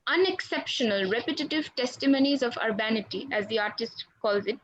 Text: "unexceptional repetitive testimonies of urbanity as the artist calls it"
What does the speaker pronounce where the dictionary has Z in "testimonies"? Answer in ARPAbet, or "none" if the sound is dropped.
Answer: Z